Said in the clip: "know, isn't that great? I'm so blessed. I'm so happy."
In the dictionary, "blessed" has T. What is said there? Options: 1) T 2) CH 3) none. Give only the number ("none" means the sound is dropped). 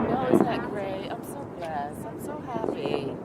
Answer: 3